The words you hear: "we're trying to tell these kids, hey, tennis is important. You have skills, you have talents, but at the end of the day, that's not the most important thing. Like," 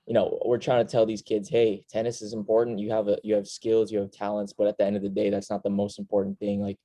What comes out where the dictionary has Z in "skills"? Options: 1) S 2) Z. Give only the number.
2